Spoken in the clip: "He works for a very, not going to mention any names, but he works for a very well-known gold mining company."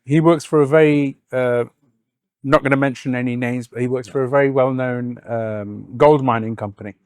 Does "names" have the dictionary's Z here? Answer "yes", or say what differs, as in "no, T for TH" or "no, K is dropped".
yes